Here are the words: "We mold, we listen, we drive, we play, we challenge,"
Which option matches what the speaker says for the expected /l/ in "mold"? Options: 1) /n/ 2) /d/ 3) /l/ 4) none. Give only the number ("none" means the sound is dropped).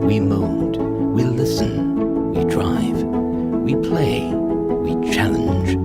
1